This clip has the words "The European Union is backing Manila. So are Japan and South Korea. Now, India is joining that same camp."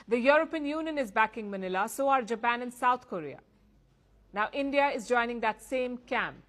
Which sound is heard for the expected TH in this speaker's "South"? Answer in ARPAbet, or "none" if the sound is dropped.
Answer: T